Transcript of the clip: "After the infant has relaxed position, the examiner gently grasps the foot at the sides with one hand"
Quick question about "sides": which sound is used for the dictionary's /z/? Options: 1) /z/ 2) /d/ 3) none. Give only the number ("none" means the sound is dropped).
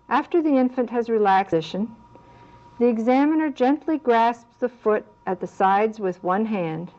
1